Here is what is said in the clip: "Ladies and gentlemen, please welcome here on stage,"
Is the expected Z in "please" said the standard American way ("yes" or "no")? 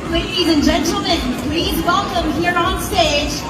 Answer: yes